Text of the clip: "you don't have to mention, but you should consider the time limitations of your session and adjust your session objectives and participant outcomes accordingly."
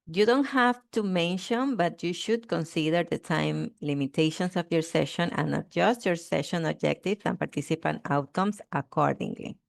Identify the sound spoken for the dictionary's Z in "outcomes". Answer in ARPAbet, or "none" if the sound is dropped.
S